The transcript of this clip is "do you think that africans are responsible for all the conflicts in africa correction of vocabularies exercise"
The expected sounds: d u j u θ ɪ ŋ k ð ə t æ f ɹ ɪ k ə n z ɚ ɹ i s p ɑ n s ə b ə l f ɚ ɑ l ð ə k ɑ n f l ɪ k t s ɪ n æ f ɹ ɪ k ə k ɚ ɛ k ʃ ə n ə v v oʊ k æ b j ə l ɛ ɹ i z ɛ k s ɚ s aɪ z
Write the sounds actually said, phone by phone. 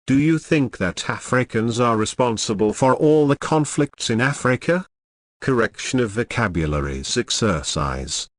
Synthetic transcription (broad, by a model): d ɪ j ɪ θ ɪ ŋ k ð ə t æ f ɹ ɪ k ə n z ɚ ɹ i s p ɑ n s ə b ə l f ɚ ɑ l ð ə k ɑ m f l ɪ k t s ɪ n æ f ɹ ɪ k ə k ɚ ɛ k ʃ ə n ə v v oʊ k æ b j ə l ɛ ɹ i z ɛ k s ɚ s aɪ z